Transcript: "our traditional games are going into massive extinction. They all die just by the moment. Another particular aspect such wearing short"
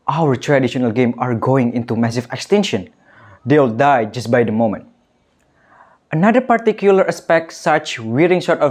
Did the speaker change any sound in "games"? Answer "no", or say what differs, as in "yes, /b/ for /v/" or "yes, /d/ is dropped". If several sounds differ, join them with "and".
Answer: yes, /z/ is dropped